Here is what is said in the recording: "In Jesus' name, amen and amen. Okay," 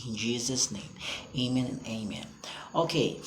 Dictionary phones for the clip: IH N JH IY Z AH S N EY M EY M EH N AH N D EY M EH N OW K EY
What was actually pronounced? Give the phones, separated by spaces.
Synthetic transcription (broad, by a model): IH N JH IY Z AH S N EY M EY M EH N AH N EY M EH N OW K EY